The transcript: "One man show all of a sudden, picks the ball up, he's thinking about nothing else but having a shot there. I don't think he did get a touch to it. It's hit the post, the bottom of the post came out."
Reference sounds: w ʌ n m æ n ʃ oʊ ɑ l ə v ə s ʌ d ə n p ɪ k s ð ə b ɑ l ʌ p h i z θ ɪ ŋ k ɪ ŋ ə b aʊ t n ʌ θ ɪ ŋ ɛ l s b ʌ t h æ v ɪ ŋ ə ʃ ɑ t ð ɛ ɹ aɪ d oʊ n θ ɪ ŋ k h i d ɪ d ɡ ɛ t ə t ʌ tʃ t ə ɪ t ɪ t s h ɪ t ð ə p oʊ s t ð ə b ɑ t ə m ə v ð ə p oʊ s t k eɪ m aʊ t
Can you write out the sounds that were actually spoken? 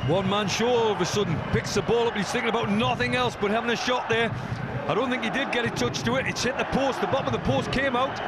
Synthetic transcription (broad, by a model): w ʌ n m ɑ n ʃ oʊ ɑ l ə v ə s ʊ d n p ɪ k s ð ə b ɑ l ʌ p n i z θ ɪ ŋ k ɪ ŋ ə b aʊ t n ʌ θ ɪ ŋ ɛ l s b ʌ t h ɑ v ɪ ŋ ə ʃ ɑ t ð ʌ ɹ aɪ d oʊ n θ ɪ ŋ k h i d ɪ d ɡ ɛ t ə t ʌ tʃ t ə ɪ t ɪ t s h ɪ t ð ə p oʊ s t ð ə b ɑ t ə m ə v ð ə p oʊ s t k eɪ m aʊ t